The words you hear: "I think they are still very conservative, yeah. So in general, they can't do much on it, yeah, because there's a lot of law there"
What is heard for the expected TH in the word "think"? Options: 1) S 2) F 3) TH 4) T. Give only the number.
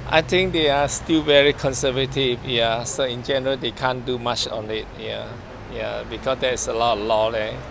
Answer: 4